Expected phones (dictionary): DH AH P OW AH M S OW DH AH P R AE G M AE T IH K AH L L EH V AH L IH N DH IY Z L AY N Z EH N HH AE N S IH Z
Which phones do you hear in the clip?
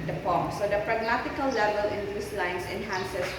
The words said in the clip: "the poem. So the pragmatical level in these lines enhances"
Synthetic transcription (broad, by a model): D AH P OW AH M S OW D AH P R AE G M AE T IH K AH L L EH V AH L IH N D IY S L AY N S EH N HH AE N S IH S